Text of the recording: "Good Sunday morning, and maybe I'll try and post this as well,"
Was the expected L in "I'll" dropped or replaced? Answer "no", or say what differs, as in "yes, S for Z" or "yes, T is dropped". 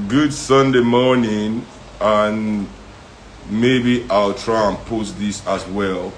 no